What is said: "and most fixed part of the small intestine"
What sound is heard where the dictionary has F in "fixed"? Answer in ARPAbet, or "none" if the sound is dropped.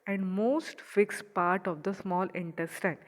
F